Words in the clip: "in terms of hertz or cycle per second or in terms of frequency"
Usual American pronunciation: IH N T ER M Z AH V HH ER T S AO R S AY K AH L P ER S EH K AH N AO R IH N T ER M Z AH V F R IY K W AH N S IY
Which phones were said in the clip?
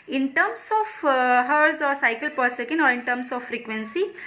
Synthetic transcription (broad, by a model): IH N T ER M S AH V HH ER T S AO R S AY K AH L P ER S EH K AH N AO R IH N T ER M S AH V F R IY K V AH N S IY